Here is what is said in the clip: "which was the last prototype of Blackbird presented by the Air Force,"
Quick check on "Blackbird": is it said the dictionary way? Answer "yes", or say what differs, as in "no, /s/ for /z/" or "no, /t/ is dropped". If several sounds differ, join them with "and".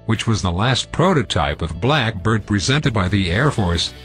yes